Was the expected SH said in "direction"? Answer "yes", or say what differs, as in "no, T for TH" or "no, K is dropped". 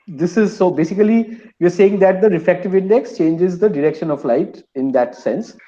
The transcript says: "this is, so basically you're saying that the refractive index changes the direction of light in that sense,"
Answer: yes